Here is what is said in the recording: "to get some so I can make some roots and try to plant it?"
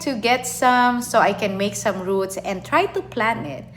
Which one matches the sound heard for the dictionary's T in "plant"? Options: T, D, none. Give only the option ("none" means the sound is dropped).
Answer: none